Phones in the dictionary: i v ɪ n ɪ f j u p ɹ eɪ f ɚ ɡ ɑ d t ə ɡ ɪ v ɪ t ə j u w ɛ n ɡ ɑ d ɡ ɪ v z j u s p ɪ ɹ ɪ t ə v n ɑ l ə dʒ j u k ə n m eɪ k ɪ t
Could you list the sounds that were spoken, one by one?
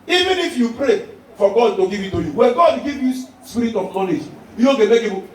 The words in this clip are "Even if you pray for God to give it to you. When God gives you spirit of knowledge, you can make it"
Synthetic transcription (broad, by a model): i v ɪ n ɪ f j u p ɹ eɪ f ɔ ɡ ɑ d t ə ɡ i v ɪ t ə j u w ɛ n ɡ ɑ d ɡ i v j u s p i ɹ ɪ t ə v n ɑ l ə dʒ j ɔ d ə m eɪ k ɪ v